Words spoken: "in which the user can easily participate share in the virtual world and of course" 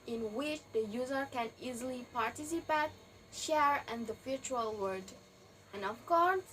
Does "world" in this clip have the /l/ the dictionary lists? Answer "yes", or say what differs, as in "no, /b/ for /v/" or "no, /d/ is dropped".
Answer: no, /l/ is dropped